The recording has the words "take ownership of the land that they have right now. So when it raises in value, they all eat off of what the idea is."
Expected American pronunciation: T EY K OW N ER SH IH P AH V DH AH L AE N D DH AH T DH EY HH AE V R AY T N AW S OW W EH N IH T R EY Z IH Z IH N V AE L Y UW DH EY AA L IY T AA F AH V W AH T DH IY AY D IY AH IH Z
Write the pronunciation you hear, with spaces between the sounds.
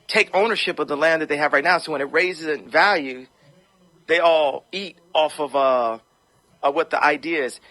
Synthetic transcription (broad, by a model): T EY K OW N ER SH IH P AH V DH AH L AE N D DH AH T DH EY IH V R AY T N AW S OW W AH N IH T R EY Z IH Z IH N V AE L Y UW DH EY AA L IY T AA F AH V W AH T DH IY AY D IY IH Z